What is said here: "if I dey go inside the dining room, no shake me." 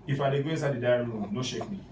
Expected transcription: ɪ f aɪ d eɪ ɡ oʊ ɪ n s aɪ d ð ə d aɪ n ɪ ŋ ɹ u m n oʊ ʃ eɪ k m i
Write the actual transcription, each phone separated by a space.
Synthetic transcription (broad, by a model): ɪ f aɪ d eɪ ɡ oʊ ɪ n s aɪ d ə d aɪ ɪ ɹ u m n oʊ ʃ eɪ k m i